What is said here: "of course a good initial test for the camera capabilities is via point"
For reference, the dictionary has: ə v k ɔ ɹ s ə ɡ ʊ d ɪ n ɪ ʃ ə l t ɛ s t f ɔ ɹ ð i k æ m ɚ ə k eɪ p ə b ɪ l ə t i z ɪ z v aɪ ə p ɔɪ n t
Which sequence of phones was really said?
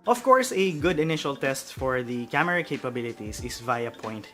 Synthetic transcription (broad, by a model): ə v k ɔ ɹ s ə ɡ ʊ d ɪ n ɪ ʃ ə l t ɛ s t f ɔ ɹ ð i k æ m ɚ ə k eɪ p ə b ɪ l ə t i s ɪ s v aɪ ə p ɔɪ n t